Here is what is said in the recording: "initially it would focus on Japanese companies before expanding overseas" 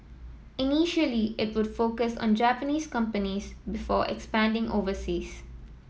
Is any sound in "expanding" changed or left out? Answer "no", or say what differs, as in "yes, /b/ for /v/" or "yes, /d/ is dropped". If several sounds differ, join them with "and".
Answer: no